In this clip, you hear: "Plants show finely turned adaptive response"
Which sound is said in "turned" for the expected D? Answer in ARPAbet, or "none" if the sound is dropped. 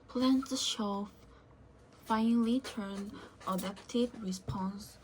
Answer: none